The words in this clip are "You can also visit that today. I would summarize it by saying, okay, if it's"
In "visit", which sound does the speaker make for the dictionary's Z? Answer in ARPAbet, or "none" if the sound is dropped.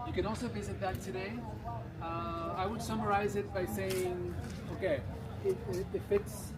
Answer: Z